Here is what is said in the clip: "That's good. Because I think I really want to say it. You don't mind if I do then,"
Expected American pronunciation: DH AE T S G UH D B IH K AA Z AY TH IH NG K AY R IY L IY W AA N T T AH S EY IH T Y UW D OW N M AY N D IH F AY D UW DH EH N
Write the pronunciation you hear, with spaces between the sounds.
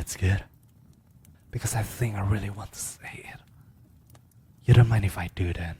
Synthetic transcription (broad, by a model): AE T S G UH D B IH K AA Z AY TH IH NG K AY R IY L IY W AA N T T AH S EY IH T Y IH D OW N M AY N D IH F AY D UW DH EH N